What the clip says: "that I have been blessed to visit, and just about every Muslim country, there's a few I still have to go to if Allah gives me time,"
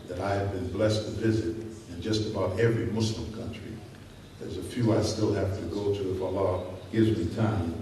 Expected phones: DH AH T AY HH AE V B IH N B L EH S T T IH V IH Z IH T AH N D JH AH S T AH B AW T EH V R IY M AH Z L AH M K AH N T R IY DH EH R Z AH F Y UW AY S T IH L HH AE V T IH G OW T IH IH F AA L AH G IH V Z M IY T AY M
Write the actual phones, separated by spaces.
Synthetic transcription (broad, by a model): DH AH T AY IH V B IH N B L EH S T T IH V IH Z IH T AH N JH AH S T AH B AW T EH V R IY M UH S L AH M K AH N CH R IY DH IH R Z AH F Y UW AY S T IH L HH AE F T IH G OW T IH IH F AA L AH G IH V Z M IY T AY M